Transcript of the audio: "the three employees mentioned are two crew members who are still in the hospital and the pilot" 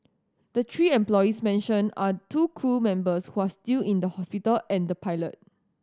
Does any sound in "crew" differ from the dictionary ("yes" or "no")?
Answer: yes